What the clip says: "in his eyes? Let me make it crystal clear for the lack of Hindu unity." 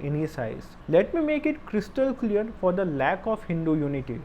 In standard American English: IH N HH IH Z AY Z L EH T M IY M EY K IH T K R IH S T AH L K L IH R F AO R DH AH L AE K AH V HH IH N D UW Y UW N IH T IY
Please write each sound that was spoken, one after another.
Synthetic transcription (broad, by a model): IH N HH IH S AY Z L EH T M IY M EY K IH T K R IH S T AH L K L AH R F AO R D AH L AE K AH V HH IH N D UW Y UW N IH T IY